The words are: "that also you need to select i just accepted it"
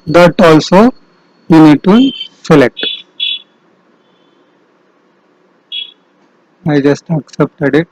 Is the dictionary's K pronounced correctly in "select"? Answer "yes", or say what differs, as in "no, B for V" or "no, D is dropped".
no, K is dropped